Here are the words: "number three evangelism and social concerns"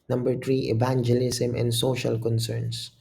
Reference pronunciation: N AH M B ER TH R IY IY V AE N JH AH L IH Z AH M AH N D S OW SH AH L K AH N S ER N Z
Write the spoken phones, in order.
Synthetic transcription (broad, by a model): N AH M B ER T R IY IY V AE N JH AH L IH S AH M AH N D S OW SH AH L K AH N S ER N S